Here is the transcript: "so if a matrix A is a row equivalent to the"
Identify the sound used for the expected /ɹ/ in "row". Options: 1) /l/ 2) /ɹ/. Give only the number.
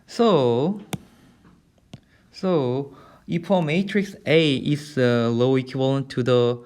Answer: 1